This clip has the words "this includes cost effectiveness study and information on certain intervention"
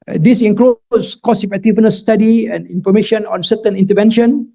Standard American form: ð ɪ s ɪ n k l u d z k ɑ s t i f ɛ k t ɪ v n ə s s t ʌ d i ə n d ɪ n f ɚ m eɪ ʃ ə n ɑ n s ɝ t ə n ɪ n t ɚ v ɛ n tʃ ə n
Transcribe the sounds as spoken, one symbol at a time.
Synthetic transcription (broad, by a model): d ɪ s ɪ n k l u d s k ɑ s i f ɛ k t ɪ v n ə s s t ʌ d i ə n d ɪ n f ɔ m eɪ ʃ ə n ɑ n s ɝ t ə n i n t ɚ v ɛ n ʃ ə n